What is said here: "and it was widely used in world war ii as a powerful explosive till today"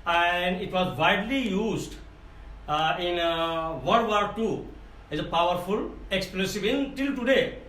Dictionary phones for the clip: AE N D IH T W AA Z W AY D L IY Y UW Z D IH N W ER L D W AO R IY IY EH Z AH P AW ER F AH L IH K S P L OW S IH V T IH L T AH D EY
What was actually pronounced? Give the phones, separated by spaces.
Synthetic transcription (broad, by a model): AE N D IH T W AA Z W AY D L IY Y UW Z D IH N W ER D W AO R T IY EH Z AH P AW ER F AH L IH K S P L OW S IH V T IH L T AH D EY